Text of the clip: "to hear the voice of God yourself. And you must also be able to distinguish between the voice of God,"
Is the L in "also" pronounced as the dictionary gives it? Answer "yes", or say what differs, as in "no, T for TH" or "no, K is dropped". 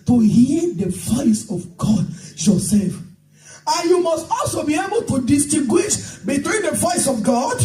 yes